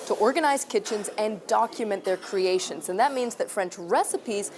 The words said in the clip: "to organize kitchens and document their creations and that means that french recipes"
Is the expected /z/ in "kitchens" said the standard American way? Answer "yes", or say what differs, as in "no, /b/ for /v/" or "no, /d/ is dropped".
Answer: yes